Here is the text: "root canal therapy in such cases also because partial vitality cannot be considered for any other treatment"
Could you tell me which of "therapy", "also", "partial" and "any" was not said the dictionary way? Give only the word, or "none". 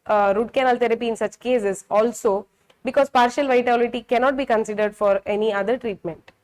therapy